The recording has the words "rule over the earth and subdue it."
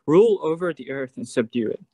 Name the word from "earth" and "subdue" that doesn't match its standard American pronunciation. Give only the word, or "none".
none